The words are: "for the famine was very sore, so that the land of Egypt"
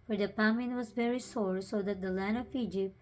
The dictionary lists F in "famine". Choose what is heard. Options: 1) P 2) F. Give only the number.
1